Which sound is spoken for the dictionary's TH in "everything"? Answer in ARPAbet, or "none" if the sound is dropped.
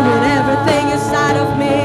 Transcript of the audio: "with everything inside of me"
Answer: TH